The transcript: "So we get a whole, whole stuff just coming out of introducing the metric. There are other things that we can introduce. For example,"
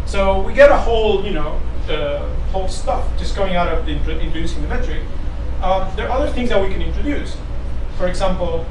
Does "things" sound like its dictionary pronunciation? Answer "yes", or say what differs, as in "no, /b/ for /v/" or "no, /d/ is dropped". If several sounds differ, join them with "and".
yes